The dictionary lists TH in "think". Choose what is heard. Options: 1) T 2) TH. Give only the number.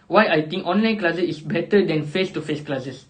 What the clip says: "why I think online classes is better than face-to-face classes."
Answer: 1